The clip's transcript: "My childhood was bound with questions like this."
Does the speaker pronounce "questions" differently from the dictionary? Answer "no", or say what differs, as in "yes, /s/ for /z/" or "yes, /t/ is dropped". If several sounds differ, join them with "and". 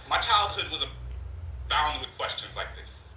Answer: no